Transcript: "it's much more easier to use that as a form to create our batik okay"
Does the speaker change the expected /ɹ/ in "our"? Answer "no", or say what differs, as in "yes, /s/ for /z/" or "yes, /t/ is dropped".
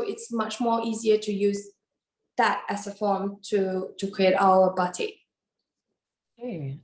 yes, /l/ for /ɹ/